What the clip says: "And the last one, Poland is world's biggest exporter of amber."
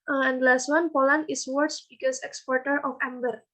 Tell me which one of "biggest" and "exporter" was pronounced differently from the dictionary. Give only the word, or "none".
biggest